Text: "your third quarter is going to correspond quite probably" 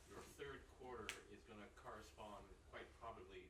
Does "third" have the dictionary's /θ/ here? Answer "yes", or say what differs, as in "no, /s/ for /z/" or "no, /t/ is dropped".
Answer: yes